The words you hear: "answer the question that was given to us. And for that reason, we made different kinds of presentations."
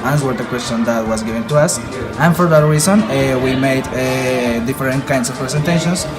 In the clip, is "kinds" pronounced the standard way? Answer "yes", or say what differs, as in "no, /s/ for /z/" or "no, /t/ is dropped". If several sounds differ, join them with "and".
no, /s/ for /z/